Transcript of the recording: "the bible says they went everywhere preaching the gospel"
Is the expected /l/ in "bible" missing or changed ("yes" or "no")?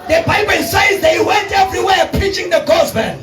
yes